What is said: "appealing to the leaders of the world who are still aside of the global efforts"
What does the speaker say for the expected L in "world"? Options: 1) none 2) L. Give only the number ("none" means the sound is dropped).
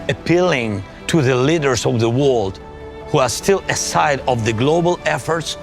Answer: 2